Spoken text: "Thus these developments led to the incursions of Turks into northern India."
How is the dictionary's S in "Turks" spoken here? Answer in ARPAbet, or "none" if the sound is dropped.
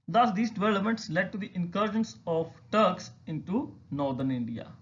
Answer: S